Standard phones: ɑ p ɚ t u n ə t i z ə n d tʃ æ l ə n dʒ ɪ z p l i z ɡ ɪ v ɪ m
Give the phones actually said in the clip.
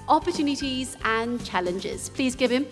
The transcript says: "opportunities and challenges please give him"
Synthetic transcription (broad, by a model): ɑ p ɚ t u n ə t i z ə n tʃ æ l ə n dʒ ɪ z p l i z ɡ ɪ v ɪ m